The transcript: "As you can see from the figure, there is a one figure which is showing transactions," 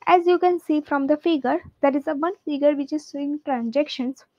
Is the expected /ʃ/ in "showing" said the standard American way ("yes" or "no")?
no